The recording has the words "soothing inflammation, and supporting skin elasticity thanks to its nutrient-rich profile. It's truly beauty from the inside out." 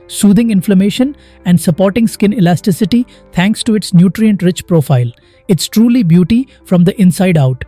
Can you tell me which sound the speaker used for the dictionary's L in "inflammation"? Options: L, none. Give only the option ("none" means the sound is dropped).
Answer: L